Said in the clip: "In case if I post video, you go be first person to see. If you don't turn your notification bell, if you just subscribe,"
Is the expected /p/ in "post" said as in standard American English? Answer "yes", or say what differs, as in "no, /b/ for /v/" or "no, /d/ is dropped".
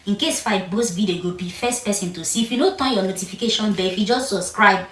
no, /b/ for /p/